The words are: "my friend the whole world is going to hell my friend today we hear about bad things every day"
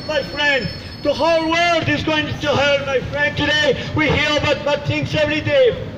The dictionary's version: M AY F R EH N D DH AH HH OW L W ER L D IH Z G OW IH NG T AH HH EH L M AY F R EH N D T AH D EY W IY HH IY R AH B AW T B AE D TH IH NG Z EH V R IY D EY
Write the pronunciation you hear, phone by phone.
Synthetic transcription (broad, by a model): M AY F R EH N D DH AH HH OW L W ER L D IH Z G OW IH NG T AH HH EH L M AY F R EH N D T AH D EY W IY HH IY R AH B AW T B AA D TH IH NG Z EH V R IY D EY